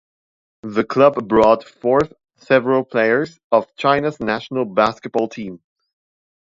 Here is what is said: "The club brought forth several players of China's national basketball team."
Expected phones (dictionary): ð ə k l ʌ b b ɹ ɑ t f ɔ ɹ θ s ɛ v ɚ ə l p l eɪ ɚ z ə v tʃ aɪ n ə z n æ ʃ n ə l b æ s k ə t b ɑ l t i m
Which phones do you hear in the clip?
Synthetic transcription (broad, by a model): ð ə k l ʌ b b ɹ ɑ t f ɔ ɹ θ s ɛ v ɚ ə l p l eɪ ɚ z ə v tʃ aɪ n ə z n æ ʃ n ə l b æ s k ə t b ɑ l t i m